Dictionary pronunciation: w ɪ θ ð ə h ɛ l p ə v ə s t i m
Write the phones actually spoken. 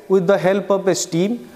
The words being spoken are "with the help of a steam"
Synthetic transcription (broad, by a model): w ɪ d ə h ɛ l p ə p ə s t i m